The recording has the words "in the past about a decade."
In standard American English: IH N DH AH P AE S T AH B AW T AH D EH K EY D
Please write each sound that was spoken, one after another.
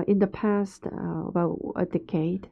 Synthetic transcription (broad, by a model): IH N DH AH P AE S T AH B AW T AH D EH K EY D